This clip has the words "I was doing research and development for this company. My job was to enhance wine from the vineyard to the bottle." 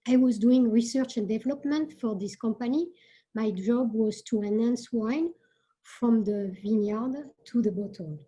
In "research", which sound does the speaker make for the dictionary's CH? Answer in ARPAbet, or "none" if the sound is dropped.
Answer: CH